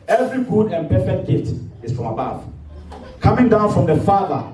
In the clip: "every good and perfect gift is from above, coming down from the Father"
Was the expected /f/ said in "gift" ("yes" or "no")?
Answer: no